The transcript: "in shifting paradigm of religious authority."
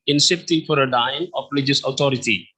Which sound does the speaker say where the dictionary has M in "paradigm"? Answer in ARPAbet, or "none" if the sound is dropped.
none